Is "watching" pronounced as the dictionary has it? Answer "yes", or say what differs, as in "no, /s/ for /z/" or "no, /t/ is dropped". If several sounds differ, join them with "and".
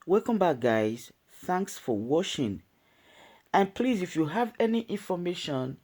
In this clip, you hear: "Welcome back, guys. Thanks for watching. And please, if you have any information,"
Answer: no, /ʃ/ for /tʃ/